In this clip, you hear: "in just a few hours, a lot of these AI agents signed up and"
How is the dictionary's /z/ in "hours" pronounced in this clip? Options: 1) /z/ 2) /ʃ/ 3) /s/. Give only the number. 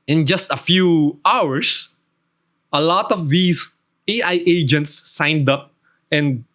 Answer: 3